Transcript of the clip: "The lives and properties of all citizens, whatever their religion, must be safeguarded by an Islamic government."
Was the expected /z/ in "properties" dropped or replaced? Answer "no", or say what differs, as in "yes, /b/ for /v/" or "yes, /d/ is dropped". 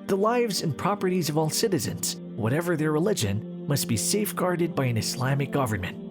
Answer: no